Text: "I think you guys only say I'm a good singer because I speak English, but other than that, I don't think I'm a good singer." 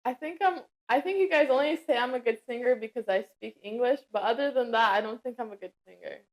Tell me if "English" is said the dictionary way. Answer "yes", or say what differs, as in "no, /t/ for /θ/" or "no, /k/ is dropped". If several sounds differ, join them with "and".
yes